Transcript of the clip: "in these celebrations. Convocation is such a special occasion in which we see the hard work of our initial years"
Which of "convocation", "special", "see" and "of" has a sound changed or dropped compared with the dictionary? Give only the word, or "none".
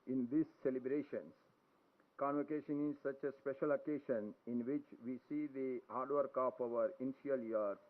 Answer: of